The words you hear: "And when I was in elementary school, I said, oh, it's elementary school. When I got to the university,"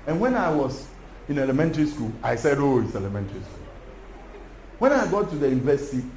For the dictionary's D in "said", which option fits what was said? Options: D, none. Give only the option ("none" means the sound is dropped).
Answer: D